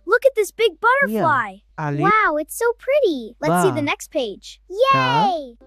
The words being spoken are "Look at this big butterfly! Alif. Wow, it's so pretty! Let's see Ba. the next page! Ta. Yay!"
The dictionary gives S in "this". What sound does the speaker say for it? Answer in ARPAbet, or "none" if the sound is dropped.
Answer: S